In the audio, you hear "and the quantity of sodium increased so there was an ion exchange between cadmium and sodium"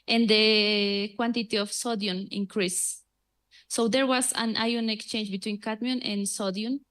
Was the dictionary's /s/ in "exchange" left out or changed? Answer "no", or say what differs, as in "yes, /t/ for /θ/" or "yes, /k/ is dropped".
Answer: no